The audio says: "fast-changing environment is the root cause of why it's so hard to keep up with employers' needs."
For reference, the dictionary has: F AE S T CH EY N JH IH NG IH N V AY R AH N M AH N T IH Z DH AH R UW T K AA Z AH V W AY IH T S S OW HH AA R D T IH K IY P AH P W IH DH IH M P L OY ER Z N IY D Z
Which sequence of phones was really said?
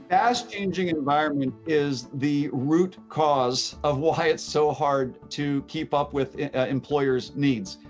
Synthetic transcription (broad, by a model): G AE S CH EY N JH IH NG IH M V AY R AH N M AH N T IH Z DH AH R UW T K AA Z AH V W AY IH T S S OW HH AA R D T IH K IY P AH P W IH DH IH M P L OY ER Z N IY D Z